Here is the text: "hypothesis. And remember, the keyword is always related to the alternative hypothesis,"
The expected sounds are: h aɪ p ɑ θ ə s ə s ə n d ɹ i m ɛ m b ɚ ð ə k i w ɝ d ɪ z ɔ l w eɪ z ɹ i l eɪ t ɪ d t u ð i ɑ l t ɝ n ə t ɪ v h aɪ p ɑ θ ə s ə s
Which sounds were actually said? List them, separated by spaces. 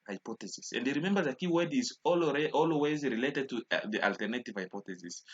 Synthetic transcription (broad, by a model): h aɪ p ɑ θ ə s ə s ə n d ɹ i m ɛ m b ɚ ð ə k i w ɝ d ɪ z ɔ l w eɪ z ɹ i l eɪ t ɪ d t u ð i ɑ l t ɝ n ə t ɪ v h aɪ p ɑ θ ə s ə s